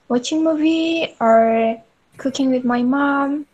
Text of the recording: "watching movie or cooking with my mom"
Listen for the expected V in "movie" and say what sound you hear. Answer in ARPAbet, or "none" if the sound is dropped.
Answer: V